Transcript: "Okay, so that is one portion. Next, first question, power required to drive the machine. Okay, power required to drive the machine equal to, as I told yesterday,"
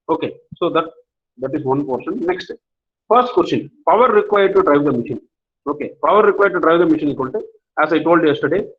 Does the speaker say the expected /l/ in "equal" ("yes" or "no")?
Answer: no